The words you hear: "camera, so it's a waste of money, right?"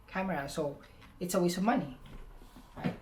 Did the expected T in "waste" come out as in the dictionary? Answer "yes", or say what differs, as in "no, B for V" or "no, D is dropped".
no, T is dropped